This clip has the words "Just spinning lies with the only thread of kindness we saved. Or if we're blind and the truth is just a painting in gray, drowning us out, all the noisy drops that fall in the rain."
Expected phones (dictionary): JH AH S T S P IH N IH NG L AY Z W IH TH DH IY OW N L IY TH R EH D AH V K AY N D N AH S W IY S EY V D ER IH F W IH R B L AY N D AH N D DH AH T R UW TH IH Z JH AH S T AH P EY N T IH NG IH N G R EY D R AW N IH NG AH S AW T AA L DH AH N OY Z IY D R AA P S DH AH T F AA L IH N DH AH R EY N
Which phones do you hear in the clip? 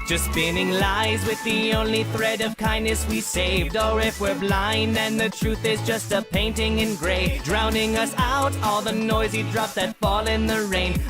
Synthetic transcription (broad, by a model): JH AH S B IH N IH NG L AY Z W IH DH IY OW N L IY TH R EH D AH V K AY N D N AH S W IY S EY V D ER IH F W IH R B L AY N AH N DH AH T R UW TH IH Z JH AH S T AH P EY N T IH NG IH N G R EY D R AW N IH NG AH S AW T AA L DH AH N OY Z IY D R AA P DH AH T F AA L IH N DH AH R EY N